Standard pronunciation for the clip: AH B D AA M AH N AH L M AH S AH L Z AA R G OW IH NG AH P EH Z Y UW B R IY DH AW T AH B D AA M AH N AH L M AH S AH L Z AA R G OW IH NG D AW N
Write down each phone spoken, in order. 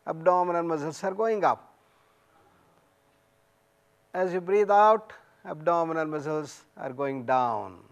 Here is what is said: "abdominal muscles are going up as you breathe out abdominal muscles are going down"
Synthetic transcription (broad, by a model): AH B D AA M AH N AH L M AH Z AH L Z AA R G OW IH NG AH P EH Z Y UW B R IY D AW T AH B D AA M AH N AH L M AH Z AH L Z AA R G OW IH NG D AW N